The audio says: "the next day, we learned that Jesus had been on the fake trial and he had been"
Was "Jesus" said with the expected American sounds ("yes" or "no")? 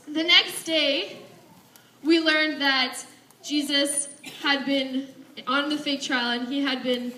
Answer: yes